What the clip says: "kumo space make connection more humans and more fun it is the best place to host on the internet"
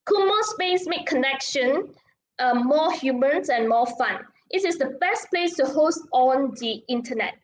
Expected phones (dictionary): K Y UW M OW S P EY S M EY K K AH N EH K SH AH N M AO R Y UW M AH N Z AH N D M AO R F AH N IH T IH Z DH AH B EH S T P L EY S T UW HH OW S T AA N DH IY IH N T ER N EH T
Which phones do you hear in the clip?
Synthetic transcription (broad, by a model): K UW M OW S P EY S M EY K K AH N EH K SH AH N M AO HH Y UW M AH N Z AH N M AO F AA N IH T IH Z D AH B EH S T P L EY S T UW HH OW S T AA N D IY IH N T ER N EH T